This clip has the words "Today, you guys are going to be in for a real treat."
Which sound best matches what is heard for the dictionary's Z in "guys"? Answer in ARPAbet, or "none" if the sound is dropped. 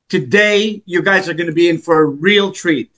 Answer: Z